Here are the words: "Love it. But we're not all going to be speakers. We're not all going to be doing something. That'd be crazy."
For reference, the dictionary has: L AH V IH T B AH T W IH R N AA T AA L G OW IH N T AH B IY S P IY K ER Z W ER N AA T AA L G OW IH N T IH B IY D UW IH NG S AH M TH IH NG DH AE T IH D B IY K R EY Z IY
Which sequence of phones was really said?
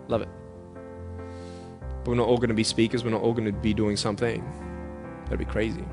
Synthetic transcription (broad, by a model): L AH V IH T B AH T W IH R N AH T AA L G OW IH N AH B IY S P IY K ER Z W ER N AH T AA L G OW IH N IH B IY D UW IH NG S AH M TH IH NG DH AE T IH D B IY K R EY Z IY